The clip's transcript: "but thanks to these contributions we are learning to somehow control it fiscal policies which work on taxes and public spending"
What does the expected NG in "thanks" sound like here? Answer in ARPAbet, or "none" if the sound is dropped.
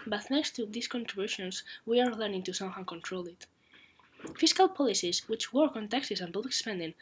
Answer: none